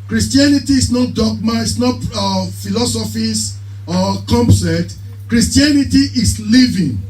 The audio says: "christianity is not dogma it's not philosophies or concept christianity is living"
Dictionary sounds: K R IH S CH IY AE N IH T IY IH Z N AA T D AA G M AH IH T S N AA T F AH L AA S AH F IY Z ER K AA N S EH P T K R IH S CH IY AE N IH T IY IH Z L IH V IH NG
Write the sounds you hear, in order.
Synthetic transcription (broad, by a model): K R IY S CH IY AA N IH T IY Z N AA T D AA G M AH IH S N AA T F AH L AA S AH F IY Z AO K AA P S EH T K R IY S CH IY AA N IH T IY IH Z L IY V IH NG